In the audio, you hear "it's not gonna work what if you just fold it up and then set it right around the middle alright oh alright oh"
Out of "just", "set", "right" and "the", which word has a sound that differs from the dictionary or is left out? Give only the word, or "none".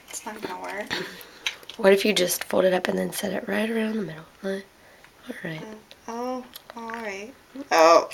none